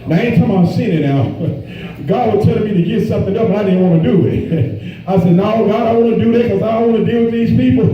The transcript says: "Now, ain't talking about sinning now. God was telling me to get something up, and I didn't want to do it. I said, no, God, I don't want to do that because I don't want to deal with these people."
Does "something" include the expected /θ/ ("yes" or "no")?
yes